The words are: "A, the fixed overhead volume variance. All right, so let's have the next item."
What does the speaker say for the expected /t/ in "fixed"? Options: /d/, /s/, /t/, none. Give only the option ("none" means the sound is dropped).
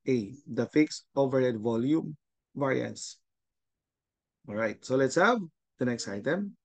none